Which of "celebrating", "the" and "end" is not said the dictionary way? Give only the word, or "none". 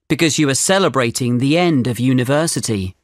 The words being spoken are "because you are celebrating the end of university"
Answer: none